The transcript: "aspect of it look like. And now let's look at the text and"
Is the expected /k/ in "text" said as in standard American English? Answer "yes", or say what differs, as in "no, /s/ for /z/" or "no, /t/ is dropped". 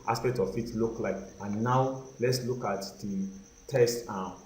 no, /k/ is dropped